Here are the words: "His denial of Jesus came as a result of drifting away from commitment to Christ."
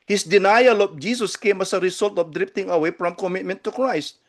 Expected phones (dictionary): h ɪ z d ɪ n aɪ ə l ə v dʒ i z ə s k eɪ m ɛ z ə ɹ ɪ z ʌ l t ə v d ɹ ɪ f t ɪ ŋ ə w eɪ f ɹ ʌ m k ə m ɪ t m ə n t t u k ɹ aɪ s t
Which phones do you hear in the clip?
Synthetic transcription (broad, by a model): h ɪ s d ɪ n aɪ ə l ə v dʒ i s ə s k eɪ m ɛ s ə ɹ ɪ s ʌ l t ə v d ɹ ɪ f t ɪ ŋ ə w eɪ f ɹ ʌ m k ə m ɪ t m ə n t t u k ɹ aɪ s t